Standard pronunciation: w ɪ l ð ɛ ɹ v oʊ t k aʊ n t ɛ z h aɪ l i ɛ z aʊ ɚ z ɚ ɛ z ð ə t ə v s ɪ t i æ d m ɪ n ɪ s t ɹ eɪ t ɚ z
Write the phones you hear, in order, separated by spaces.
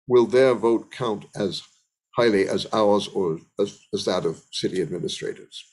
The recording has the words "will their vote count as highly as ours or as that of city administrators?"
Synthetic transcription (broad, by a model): w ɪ l ð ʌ ɹ v oʊ t k aʊ n t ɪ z h aɪ l i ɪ z aʊ ɚ z ɚ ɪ z ð ə t ə v s ɪ t i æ d m ɪ n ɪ s t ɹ eɪ t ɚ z